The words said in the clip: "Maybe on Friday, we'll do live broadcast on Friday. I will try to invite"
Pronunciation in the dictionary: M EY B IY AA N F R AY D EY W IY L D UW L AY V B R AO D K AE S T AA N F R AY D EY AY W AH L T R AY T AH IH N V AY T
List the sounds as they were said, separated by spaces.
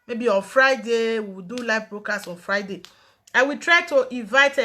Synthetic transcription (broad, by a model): M EY B IY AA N F R AY D EY W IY W D UW L AY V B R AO K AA S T AA N F R AY D EY AY W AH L T R AY T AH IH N V AY T